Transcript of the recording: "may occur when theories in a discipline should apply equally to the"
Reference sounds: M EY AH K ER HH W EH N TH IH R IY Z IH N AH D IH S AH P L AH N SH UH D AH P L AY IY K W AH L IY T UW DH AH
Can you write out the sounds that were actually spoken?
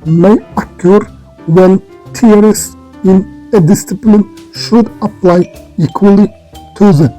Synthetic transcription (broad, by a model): M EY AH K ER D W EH N T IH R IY S IH N AH D IH S AH P L AH N SH UH D AH P L AY IY K W AH L IY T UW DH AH